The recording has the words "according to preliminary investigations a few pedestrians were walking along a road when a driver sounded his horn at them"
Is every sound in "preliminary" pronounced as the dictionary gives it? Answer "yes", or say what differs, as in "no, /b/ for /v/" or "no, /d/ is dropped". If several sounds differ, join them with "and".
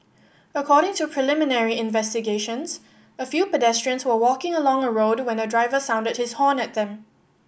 yes